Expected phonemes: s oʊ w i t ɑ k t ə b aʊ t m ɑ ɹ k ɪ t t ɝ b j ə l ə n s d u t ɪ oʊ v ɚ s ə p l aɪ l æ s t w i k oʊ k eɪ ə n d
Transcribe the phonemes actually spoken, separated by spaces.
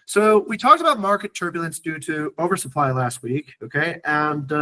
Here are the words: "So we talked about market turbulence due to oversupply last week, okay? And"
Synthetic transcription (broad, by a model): s oʊ w i t ɑ k t ə b aʊ t m ɑ ɹ k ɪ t t ɝ b j l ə n s d u t ɪ oʊ v ɚ s ə p l aɪ l æ s t w i k oʊ k eɪ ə n